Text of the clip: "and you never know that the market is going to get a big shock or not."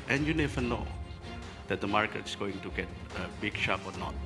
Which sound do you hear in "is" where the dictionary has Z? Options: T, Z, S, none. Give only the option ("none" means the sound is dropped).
S